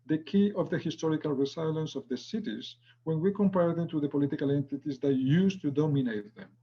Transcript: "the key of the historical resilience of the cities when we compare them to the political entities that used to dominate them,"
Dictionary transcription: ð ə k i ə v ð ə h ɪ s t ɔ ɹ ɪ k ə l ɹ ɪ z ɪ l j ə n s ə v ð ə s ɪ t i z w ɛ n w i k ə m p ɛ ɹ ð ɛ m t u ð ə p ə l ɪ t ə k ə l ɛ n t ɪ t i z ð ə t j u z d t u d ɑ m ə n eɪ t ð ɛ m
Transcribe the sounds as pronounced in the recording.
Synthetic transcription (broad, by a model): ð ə k i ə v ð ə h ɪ s t ɔ ɹ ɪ k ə l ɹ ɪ s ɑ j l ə n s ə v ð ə s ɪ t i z w ɛ n w i k ə m p ɛ ɹ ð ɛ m t u ð ə p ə l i t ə k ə l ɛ n t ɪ t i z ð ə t j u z t u d ɑ m ə n eɪ t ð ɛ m